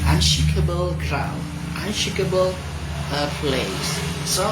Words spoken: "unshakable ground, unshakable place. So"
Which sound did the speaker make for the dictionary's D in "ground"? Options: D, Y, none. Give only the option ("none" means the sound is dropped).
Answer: none